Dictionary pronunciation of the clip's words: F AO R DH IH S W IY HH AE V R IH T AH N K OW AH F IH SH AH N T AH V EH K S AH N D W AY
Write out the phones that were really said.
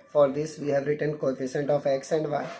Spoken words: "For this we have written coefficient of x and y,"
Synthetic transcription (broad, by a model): F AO R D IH S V IY HH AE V R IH T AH N K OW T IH S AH N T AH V EH K S AH N D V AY